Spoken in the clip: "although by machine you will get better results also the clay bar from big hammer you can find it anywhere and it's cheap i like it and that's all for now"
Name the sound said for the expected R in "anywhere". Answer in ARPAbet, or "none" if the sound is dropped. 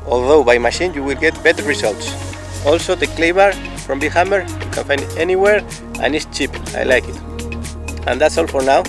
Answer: R